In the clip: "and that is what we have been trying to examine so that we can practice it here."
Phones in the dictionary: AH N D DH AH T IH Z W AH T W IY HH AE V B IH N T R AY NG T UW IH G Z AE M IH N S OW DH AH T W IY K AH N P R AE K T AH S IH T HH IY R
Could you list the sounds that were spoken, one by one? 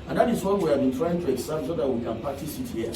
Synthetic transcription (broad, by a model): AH N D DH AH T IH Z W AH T W IY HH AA V B IH N T R AY NG T UW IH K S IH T S OW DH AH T W IY K AH N P AA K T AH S IH T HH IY